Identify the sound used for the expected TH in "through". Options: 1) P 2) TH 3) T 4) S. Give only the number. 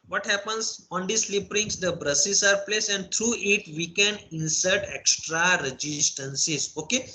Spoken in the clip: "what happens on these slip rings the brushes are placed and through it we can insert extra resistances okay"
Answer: 3